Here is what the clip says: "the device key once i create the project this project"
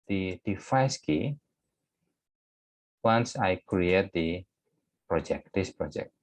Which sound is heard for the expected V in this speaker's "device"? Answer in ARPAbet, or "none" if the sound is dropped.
F